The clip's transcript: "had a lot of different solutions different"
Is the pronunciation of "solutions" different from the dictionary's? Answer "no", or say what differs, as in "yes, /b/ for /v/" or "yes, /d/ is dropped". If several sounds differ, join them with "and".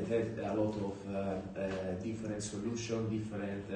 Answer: yes, /z/ is dropped